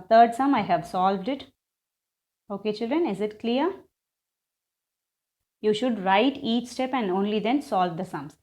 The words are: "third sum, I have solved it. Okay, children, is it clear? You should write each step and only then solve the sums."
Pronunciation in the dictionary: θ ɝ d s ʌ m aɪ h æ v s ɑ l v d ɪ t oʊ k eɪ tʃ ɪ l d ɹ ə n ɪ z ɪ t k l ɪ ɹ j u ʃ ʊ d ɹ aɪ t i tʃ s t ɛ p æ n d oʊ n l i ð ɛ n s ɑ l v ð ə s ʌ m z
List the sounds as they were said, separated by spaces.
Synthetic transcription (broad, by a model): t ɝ d s ʌ m aɪ h æ v s ɑ l v d ɪ t oʊ k eɪ tʃ ɪ l d ɹ ə n ɪ z ɪ t k l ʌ ɹ j u ʃ ʊ d ɹ aɪ t i tʃ s t ɛ p æ n d oʊ n l i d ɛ n s ɑ l v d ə s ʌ m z